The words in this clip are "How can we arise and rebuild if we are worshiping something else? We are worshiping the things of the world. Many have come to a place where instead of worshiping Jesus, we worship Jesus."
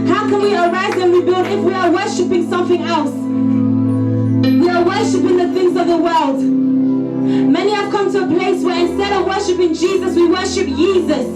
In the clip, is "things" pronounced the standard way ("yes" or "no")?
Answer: yes